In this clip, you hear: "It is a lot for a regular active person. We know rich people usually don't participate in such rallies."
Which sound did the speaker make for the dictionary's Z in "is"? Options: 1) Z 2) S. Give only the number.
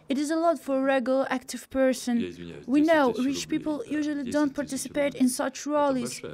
1